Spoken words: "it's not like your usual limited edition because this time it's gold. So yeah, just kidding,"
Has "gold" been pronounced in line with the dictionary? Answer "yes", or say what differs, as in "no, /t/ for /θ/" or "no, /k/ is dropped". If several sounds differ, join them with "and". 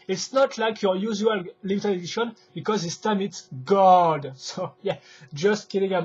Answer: no, /l/ is dropped